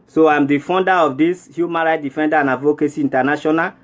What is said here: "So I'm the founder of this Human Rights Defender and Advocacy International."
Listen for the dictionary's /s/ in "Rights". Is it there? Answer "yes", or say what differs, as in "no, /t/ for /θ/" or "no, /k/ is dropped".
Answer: no, /s/ is dropped